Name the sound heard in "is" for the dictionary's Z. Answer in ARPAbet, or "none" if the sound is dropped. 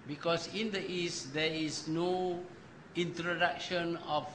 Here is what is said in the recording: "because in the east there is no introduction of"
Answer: S